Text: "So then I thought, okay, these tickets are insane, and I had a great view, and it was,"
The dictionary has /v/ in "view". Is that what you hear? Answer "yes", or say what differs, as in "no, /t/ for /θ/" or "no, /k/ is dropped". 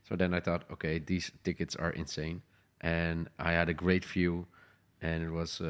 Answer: no, /f/ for /v/